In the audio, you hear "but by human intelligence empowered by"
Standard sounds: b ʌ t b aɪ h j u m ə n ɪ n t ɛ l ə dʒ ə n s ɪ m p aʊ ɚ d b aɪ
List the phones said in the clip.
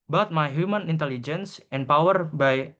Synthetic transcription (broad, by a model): b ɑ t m aɪ h j u m ə n ɪ n t ɛ l ə dʒ ə n s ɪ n p aʊ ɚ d b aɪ